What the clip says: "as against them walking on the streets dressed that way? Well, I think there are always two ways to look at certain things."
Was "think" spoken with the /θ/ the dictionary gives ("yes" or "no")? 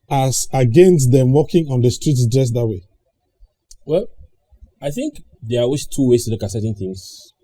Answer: yes